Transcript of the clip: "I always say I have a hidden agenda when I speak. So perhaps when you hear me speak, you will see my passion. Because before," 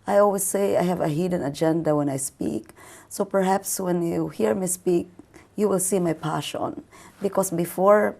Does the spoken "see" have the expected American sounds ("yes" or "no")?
yes